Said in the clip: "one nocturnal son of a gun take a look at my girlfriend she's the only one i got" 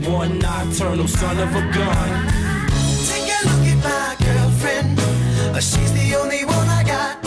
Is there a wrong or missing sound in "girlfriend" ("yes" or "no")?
yes